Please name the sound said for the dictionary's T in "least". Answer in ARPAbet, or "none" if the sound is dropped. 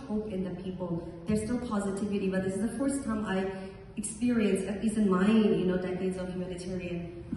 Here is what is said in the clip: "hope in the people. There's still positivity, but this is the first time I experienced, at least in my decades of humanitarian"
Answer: none